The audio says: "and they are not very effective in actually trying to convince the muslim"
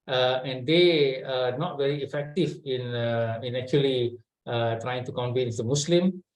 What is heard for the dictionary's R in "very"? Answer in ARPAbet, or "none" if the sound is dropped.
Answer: R